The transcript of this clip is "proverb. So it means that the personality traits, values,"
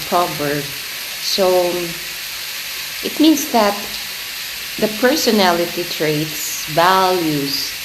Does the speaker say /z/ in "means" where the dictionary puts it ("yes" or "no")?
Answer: no